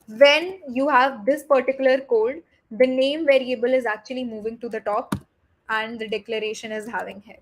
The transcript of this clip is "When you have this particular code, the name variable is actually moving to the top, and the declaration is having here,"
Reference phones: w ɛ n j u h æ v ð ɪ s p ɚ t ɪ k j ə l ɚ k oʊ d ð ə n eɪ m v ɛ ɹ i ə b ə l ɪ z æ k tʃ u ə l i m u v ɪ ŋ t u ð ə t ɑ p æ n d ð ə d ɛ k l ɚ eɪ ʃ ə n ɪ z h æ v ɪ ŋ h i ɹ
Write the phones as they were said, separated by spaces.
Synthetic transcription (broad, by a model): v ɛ n j u h æ v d ɪ s p ɚ t ɪ k j ə l ɚ k oʊ d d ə n eɪ m v ɛ ɹ i ə b ə l ɪ z æ k tʃ u ə l i m u v ɪ ŋ t u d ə t ɑ p æ n d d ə d ɛ k l ɚ eɪ ʃ ə n ɪ z h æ v ɪ ŋ h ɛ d